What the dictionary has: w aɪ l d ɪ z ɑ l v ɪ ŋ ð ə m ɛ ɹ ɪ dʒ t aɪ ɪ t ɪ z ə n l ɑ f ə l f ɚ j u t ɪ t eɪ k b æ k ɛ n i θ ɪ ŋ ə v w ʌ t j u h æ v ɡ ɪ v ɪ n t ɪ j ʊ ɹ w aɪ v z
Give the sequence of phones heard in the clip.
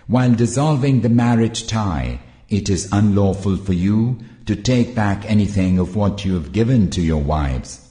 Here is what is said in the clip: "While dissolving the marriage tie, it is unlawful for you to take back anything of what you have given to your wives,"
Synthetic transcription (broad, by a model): w aɪ l d ɪ z ɑ l v ɪ ŋ ð ə m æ ɹ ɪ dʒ t aɪ ɪ t ɪ z ə n l ɑ f ə l f ɚ j u t ɪ t eɪ k b æ k ɛ n i θ ɪ ŋ ə v w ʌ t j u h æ v ɡ ɪ v ɪ n t ɪ j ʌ ɹ w aɪ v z